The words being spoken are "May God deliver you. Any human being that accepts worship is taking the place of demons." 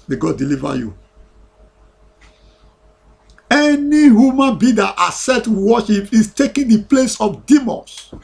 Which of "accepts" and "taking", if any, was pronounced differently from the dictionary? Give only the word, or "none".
accepts